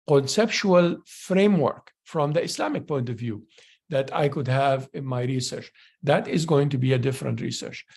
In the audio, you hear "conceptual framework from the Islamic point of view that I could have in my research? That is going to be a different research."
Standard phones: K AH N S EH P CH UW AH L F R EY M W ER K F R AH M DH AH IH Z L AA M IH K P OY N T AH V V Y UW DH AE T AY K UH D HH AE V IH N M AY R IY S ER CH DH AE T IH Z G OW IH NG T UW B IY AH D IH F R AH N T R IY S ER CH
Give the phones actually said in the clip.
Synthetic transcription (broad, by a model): K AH N S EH P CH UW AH L F R EY M W ER K F R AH M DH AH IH S L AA M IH K P OY N T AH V V Y UW DH AE T AY K UH D HH AE V IH N M AY R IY S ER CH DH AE T IH Z G OW IH NG T UW B IY AH D IH F R AH N T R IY S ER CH